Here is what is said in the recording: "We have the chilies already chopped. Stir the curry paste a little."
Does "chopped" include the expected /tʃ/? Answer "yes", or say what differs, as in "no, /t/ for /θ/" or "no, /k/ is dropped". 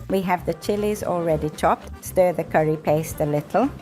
yes